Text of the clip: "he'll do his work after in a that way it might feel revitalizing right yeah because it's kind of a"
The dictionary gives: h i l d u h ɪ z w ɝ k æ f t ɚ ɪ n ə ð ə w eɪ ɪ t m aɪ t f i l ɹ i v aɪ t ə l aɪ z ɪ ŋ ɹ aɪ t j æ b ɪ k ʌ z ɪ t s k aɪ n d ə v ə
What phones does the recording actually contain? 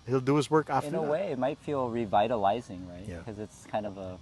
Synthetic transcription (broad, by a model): h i l d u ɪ z w ɝ k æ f ɪ n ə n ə w eɪ ɪ t m aɪ t f i l ɹ i v aɪ t ə l aɪ z ɪ ŋ ɹ aɪ t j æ k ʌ z ɪ t s k aɪ n d ə v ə